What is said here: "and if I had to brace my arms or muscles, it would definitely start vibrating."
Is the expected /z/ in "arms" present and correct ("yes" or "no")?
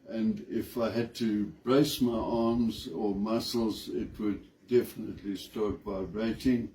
yes